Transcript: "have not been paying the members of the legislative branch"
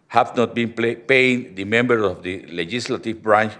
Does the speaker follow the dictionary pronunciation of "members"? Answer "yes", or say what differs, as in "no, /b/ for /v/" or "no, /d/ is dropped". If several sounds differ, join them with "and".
no, /z/ is dropped